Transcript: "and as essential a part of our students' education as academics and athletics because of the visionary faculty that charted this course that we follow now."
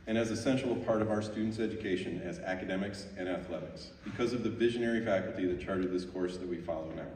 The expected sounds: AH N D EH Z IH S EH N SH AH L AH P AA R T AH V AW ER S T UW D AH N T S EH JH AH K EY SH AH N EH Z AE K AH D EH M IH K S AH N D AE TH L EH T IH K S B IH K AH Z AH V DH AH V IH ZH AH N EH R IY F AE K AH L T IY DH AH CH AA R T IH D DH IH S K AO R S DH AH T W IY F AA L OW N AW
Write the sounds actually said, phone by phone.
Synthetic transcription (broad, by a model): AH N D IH Z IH S EH N SH L AH P AA R T AH V AW ER S T UW D N T S EH JH AH K EY SH AH N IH Z AE K AH D EH M IH K S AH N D AE TH L EH T IH K S B IH K AH Z AH V DH AH V IH ZH AH N EH R IY F AE K L T IY DH AH CH AA R T IH D DH IH S K AO R S DH AH T W IY F AA L OW N AW